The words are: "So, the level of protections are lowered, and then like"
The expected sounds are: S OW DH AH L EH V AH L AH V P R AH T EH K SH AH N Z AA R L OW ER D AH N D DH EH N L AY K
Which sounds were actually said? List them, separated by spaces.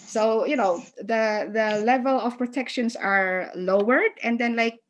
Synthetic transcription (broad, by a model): S OW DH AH L EH V AH L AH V P R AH T EH K SH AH N S AA R L OW ER D AH N D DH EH N L AY K